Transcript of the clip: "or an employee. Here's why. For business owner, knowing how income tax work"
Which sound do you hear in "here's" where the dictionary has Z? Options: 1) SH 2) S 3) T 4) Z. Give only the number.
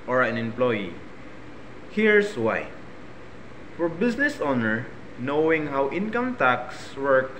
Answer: 2